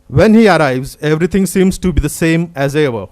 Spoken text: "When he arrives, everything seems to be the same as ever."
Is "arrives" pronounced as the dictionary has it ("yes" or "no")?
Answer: yes